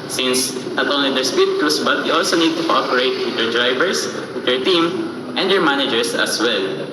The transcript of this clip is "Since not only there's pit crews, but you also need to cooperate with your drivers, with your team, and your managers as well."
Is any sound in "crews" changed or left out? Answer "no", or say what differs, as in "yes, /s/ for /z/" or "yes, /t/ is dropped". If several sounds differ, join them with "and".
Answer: yes, /s/ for /z/